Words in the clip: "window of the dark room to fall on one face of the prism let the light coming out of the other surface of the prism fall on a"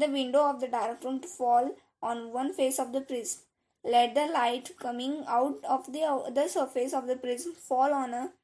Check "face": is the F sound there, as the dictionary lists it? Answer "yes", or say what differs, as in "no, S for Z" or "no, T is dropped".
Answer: yes